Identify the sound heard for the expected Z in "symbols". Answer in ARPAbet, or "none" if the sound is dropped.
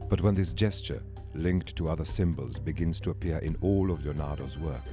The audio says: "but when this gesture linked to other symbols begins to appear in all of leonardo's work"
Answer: Z